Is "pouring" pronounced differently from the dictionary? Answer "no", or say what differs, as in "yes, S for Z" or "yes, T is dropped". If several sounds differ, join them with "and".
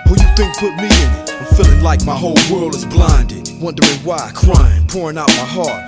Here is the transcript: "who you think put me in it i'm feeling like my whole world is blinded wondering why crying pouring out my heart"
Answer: no